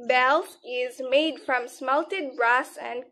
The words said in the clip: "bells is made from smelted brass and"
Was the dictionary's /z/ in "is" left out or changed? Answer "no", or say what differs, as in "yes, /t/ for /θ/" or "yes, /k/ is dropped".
no